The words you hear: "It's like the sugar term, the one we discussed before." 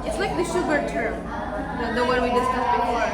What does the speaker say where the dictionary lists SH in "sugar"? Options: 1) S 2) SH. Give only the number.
2